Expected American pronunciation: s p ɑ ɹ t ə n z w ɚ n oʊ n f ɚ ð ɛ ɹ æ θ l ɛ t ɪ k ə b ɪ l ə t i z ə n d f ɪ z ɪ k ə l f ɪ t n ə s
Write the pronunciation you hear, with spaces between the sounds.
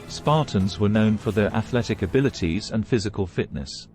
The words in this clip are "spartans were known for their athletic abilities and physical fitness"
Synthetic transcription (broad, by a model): s p ɑ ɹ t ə n z w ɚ n oʊ n f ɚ ð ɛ ɹ æ θ l ɛ t ɪ k ə b ɪ l ə t i z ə n f ɪ z ɪ k ə l f ɪ t n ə s